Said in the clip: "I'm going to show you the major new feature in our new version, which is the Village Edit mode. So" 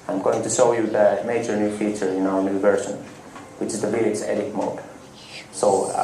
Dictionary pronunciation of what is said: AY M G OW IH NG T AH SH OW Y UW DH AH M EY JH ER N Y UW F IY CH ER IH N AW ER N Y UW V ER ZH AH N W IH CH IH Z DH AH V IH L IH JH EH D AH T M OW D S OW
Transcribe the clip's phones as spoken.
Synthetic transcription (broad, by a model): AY M G OW IH NG T AH SH OW Y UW DH AH M EY JH ER N Y UW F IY CH ER IH N AW ER N Y UW V ER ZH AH N W IH CH IH Z DH AH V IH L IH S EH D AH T M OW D S OW